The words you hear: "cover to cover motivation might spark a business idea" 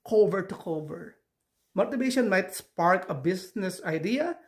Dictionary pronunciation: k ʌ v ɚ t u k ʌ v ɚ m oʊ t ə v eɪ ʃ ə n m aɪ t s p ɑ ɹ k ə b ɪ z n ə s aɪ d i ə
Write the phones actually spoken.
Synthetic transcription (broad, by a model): k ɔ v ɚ t u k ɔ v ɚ m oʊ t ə b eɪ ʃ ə n m aɪ t s p ɑ ɹ k ə b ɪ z n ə s aɪ d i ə